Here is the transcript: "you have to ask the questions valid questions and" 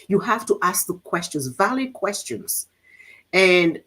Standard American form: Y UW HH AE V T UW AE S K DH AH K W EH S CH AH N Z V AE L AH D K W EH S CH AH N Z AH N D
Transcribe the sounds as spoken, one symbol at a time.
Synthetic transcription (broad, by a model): Y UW HH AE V T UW AE S K DH AH K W EH S CH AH N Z V AE L AH D K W EH S CH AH N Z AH N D